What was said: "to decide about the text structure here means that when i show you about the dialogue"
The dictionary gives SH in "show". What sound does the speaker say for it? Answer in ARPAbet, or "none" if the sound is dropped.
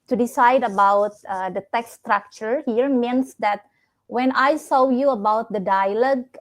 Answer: S